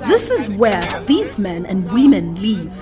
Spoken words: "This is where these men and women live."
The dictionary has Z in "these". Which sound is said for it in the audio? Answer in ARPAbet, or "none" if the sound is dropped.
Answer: Z